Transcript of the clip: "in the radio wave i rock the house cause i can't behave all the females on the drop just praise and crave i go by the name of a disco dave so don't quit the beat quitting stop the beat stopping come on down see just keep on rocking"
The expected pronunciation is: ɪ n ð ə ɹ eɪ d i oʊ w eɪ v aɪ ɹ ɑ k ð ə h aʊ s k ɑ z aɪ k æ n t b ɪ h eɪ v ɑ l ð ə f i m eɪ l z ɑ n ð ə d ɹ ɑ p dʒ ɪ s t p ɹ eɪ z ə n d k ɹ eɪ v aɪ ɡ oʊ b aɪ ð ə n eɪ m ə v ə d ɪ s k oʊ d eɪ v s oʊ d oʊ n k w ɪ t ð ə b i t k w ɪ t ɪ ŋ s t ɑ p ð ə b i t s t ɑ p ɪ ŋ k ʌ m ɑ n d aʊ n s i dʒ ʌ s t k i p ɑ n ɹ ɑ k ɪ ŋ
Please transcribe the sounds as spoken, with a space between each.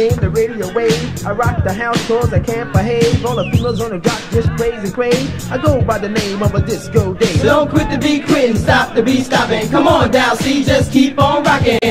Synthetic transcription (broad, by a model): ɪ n ð ə ɹ eɪ d i oʊ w eɪ aɪ ɹ ɑ k ð ə h aʊ s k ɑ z aɪ k æ n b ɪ h eɪ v ɑ l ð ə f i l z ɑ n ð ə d ɹ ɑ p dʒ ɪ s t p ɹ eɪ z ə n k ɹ eɪ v aɪ ɡ oʊ b aɪ ð ə n eɪ m ə v ə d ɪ s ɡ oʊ d eɪ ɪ d oʊ n k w ɪ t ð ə b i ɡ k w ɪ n s t ɑ p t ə b i s t ɑ p ɪ ŋ k ʌ m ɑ n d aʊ s i dʒ ʌ s k i p n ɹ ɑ k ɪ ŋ